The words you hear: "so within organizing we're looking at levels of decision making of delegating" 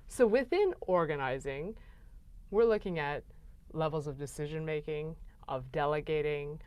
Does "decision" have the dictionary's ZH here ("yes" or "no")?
yes